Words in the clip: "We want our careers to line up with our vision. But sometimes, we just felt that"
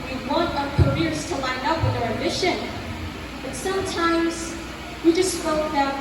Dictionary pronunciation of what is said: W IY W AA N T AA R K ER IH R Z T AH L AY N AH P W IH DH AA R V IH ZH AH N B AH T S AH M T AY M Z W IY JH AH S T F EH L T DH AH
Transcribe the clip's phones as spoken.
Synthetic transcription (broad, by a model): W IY W AA N T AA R K ER IH R Z T AH L AY N AH P W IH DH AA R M IH SH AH N B AH T S AH M T AY M Z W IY JH AH S T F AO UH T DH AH